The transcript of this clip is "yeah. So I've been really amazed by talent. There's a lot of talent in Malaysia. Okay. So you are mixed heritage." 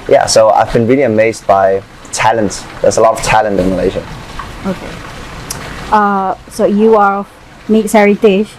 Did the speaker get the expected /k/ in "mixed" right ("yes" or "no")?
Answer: no